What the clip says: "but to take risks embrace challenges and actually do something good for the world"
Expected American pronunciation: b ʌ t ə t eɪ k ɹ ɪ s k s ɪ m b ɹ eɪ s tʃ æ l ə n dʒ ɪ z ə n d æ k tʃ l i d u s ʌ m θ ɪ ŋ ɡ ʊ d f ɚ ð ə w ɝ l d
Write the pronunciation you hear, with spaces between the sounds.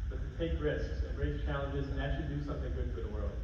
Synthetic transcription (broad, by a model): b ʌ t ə t eɪ k ɹ ɪ s k s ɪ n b ɹ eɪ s tʃ æ l ə n dʒ ɪ z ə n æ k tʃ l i d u s ʌ m θ ɪ ŋ ɡ ʊ d f ɚ ð ə w ɝ l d